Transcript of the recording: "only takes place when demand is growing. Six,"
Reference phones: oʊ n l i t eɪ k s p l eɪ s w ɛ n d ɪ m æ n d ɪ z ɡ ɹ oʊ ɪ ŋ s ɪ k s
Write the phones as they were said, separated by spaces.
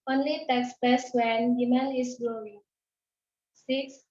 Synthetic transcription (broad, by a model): oʊ n l i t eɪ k s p eɪ s w ɛ n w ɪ m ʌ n ɪ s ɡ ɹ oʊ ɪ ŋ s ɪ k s